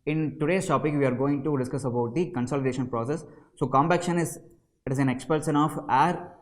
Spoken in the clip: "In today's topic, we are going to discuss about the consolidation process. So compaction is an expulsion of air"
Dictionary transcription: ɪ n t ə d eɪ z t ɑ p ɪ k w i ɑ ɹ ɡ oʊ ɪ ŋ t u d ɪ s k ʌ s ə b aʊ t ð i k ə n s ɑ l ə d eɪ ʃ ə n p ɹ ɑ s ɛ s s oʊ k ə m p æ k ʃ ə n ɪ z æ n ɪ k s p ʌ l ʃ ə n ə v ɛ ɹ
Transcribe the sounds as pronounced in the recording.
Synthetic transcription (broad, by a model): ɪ n t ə d eɪ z t ɑ p ɪ k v i ɑ ɹ ɡ oʊ ɪ ŋ t u d ɪ s k ʌ s ə b aʊ t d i k ə n s ɑ l ə d eɪ ʃ ə n p ɹ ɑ s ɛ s s oʊ k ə m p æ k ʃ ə n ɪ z æ n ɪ k s p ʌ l s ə n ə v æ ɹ